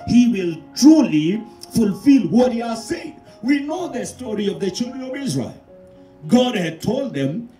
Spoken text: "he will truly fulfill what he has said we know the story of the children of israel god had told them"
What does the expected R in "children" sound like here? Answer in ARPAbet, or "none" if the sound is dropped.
R